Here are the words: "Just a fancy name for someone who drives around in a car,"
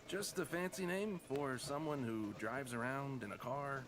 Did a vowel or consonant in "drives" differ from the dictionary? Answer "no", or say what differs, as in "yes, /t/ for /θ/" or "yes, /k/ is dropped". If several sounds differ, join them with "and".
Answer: no